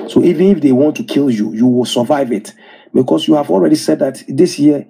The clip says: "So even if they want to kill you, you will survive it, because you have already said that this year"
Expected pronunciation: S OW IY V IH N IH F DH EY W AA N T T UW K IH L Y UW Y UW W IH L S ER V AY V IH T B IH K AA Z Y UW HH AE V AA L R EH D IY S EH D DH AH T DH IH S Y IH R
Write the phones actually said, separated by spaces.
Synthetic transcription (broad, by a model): S OW IY V IH N IH F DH EY W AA N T T UW K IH L Y UW Y UW W IH L S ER V AY V IH T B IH K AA S Y UW HH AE V AA L R EH D IY S EH D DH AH T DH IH S Y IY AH